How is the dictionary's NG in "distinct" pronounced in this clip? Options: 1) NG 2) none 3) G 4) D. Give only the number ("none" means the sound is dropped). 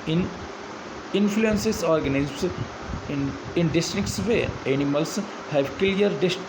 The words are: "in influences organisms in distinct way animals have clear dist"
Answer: 2